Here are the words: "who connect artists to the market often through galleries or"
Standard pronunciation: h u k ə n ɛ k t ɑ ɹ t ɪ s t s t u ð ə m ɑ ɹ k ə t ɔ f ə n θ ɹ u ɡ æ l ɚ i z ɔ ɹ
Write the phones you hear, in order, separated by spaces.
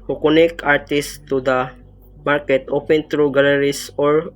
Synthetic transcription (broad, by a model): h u k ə n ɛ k ɑ ɹ t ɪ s s t u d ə m ɑ ɹ k ə t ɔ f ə n t ɹ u ɡ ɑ l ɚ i s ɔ ɹ